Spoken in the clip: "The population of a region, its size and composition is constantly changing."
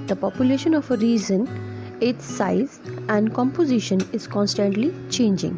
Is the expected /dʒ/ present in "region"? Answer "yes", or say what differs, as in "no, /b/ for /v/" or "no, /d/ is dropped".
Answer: no, /z/ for /dʒ/